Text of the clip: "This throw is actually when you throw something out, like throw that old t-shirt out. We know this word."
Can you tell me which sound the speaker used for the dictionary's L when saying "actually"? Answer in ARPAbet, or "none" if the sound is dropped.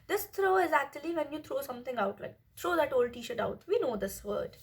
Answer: L